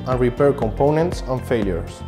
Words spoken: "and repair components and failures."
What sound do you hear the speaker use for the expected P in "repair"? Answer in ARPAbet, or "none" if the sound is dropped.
P